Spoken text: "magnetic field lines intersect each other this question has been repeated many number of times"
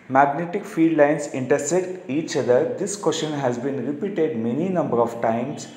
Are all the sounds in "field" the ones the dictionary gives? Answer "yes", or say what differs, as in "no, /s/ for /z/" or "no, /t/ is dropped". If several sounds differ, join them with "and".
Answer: no, /l/ is dropped